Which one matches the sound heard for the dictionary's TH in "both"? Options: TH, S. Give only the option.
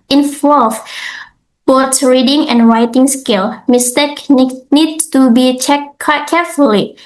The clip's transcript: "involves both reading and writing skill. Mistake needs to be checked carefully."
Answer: S